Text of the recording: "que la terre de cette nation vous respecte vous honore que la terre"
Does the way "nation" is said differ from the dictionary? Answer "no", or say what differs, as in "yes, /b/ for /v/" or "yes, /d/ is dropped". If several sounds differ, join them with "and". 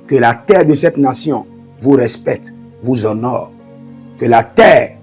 yes, /s/ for /ʃ/